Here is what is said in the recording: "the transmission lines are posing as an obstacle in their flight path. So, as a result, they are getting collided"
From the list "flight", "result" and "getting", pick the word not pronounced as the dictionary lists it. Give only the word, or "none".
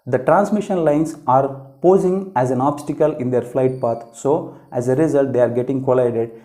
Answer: none